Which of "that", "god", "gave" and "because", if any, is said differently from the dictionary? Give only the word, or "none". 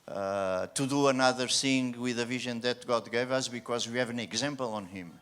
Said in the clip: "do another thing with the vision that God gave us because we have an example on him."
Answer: none